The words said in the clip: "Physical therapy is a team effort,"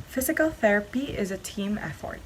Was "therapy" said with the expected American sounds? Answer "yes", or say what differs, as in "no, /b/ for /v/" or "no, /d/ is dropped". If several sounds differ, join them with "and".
yes